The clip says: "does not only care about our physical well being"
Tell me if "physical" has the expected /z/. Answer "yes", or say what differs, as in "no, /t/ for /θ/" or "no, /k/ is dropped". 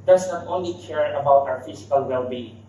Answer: no, /s/ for /z/